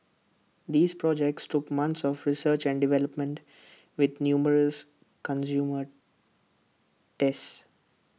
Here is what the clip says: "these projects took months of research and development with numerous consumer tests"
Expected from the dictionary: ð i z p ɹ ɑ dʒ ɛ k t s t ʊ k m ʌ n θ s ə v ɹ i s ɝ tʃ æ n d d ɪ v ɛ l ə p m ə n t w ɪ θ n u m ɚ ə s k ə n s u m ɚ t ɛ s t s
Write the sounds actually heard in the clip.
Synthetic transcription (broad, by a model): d i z p ɹ ɑ dʒ ɛ k t s t ʊ k m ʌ n t s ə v ɹ i s ɝ tʃ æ n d d ɪ v ɛ l ə p m ə n t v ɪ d n u m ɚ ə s k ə n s u m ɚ t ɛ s s